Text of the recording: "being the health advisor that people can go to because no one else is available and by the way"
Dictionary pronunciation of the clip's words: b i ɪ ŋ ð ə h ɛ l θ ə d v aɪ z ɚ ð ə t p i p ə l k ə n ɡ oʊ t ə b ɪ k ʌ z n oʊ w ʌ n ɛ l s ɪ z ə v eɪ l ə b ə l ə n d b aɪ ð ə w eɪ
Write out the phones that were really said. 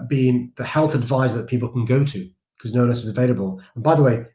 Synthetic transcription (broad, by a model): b i ɪ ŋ ð ə h ɛ l θ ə d v aɪ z ð ə t p i p l k ə n ɡ oʊ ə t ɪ k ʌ z n oʊ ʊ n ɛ s ɪ z ə v eɪ l ə b ə l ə n b aɪ ð ə w eɪ